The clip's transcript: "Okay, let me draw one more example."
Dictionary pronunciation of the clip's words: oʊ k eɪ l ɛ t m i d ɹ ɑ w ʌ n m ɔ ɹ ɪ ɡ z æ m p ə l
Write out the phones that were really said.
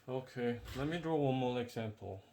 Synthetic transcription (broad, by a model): oʊ k eɪ l ɛ t m i d ɹ ɑ w ʌ n m ɔ ɹ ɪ ɡ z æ m p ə l